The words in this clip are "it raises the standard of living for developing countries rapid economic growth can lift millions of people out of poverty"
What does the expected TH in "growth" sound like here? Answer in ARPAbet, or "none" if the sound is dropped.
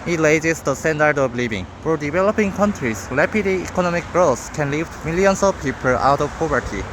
S